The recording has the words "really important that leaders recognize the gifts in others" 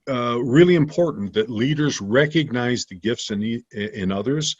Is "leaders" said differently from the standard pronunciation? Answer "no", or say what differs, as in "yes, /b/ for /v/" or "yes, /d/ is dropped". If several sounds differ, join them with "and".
no